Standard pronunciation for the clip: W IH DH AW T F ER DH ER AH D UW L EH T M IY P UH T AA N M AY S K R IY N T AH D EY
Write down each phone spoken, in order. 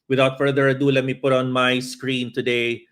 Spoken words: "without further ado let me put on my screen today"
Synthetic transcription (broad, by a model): W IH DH AW T F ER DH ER AH D UW L EH T M IY P UH T AA N M AY S K R IY N T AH D EY